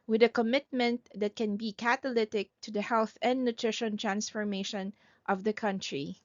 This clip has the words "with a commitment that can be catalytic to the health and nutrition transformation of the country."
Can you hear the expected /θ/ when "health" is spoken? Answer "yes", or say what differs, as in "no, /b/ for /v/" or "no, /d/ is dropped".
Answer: yes